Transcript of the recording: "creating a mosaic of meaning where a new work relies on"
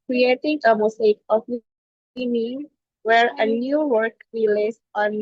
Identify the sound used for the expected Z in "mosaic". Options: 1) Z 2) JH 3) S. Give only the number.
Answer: 3